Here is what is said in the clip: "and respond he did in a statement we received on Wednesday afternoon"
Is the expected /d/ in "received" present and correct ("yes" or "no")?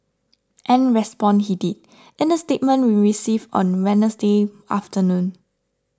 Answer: no